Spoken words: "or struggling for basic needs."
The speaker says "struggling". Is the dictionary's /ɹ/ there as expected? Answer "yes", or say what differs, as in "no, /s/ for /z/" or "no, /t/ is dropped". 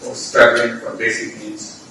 no, /ɹ/ is dropped